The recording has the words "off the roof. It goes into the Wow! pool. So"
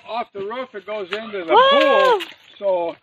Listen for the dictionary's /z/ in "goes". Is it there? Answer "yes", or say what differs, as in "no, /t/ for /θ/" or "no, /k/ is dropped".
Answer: yes